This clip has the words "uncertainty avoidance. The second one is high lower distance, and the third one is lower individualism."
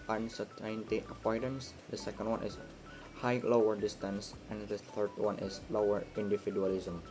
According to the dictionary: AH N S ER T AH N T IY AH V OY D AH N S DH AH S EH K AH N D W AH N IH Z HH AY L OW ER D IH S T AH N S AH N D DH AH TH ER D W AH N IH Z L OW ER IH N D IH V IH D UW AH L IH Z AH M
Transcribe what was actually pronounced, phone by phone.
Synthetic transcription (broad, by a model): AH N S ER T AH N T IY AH P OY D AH N S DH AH S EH K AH N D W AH N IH S HH AY L OW ER D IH S T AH N S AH N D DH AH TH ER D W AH N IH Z L OW ER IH N D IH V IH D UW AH L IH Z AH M